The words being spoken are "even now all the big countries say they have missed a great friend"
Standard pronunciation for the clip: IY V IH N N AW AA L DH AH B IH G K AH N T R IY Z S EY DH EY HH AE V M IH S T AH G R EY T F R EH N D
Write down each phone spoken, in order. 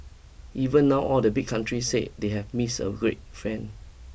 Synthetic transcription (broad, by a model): IY V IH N N AW AA L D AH B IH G K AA N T R IY S EY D EY HH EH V M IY S AH G R EY T F R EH N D